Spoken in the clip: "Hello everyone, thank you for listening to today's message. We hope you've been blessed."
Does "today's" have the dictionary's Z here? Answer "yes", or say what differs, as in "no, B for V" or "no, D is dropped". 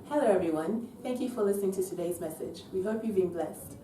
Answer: yes